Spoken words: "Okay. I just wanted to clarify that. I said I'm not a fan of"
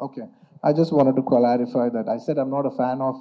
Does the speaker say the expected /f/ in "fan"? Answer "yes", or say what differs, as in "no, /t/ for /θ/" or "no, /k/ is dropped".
yes